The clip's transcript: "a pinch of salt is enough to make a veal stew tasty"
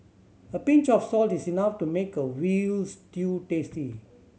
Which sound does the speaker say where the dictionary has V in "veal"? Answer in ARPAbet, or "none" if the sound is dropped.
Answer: W